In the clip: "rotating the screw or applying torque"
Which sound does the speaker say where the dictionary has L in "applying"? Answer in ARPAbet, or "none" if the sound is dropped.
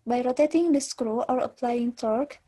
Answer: L